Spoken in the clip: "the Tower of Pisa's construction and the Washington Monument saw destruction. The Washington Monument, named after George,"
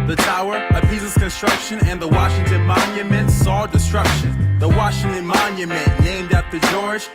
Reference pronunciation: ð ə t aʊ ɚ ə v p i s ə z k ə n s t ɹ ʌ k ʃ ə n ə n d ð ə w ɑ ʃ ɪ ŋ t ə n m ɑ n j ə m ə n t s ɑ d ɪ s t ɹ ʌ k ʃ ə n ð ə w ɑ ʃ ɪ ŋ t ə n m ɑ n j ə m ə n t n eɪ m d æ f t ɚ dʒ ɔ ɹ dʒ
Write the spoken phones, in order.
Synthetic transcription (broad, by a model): ð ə t aʊ ɚ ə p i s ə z k ə n s t ɹ ʌ k ʃ ə n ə n ð ə w ɑ ʃ ɪ ŋ t ə n m ɑ n j ə m ə n t s ɑ d ɪ s t ɹ ʌ k ʃ ə n ð ə w ɑ ʃ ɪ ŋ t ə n m ɑ n j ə m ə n n eɪ m d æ t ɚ dʒ ɔ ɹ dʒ